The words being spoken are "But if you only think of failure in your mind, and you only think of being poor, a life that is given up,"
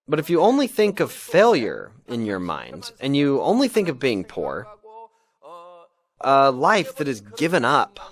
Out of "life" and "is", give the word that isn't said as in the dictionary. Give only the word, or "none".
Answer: none